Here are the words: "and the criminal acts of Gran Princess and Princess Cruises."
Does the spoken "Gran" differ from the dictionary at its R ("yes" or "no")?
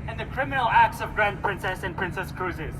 no